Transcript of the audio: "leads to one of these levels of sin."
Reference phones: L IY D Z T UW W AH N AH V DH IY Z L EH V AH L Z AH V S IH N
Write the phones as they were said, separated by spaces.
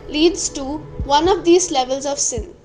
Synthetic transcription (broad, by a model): L IY D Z T UW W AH N AH V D IY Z L EH V AH L Z AH V S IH N